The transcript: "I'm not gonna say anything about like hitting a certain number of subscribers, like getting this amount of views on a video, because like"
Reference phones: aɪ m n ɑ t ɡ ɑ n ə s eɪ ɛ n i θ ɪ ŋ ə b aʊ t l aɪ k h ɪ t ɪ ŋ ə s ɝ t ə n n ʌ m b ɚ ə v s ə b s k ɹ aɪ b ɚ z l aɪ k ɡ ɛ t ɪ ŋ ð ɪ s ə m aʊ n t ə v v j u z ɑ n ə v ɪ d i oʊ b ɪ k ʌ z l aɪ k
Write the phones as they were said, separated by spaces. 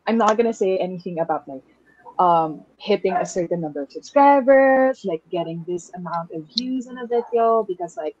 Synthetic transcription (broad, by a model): aɪ m n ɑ t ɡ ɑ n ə s eɪ ɛ n i θ ɪ ŋ ə b aʊ t l aɪ k h ɪ t ɪ ŋ ə s ɝ t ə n n ʌ m b ɚ ə v s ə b s k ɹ aɪ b ɚ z l aɪ k ɡ ɛ t ɪ ŋ ð ɪ s ə m aʊ n t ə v v j u z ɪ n ə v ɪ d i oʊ b ɪ k ʌ z l aɪ k